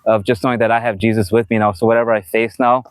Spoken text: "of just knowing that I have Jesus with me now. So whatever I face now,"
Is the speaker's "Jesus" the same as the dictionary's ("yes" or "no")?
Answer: yes